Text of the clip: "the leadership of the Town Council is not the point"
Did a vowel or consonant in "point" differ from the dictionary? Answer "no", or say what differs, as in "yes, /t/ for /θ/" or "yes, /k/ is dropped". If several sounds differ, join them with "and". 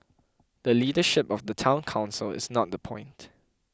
no